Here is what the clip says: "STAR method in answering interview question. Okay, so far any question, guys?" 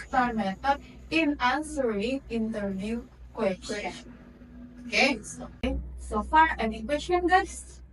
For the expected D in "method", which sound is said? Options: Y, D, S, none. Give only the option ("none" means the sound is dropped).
none